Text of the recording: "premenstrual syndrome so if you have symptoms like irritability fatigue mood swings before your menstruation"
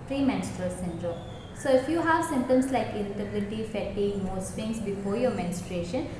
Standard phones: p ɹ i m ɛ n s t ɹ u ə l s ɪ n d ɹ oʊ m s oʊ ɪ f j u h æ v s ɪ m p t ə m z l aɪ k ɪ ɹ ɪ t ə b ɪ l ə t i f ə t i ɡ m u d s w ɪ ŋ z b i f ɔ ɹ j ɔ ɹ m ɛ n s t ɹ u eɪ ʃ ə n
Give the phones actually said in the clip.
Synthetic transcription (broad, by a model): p ɹ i m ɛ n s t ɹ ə l s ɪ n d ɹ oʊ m s oʊ ɪ f j u h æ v s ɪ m t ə m s l aɪ k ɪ l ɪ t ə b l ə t i f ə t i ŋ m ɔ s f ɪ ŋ s b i f ɔ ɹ j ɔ m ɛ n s t ɹ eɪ ʃ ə n